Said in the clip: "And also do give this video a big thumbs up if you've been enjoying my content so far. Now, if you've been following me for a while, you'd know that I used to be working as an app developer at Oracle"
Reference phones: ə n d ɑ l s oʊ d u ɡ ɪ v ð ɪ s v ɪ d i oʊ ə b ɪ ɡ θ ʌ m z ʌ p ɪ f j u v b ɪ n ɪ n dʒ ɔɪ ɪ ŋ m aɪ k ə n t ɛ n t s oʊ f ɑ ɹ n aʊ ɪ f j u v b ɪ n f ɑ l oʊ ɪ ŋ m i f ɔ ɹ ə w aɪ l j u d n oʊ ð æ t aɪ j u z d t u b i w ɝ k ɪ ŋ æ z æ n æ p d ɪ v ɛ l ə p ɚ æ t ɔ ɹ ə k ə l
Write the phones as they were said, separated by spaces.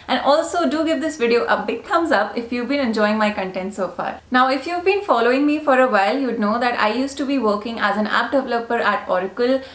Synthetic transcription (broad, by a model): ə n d ɑ l s oʊ d u ɡ ɪ v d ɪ s v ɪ d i oʊ ə b ɪ ɡ t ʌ m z ʌ p ɪ f j u v b ɪ n ɪ n dʒ ɔɪ ɪ ŋ m aɪ k ə n t ɛ n t s oʊ f ɑ ɹ n aʊ ɪ f j u v b ɪ n f ɑ l oʊ ɪ ŋ m i f ɔ ɹ ə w aɪ l j u d n oʊ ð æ t aɪ j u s t u b i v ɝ k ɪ ŋ æ z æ n æ p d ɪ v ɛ l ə p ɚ æ t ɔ ɹ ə k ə l